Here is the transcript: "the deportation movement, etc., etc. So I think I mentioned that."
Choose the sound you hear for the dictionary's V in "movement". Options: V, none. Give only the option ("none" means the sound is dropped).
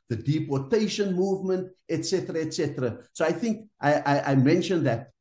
V